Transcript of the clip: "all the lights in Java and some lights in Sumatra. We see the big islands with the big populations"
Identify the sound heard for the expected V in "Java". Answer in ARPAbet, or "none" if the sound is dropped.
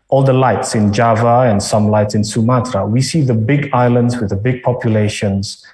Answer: V